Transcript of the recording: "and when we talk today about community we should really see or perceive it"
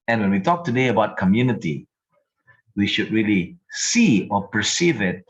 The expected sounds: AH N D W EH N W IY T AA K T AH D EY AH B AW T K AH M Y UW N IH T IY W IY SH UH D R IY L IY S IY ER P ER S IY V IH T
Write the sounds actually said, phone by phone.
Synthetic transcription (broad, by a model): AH N W EH N W IY T AA K T AH D EY AH B AW T K AH M Y UW N IH T IY W IY SH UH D R IY L IY S IY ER P ER S IY V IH T